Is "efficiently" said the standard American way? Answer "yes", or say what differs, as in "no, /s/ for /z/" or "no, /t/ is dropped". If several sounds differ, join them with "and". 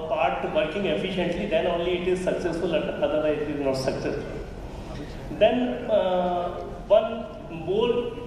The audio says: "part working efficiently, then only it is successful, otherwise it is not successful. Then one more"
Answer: yes